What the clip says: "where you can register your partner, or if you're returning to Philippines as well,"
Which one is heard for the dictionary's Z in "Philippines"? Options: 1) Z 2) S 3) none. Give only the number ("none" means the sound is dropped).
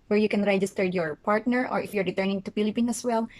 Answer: 3